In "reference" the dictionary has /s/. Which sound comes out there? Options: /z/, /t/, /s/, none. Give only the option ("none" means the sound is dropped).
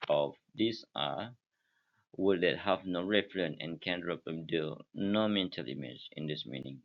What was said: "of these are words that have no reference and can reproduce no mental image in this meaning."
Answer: none